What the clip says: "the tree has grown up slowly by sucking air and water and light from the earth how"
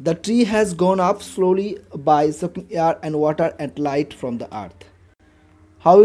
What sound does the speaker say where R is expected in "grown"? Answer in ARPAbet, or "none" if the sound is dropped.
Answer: none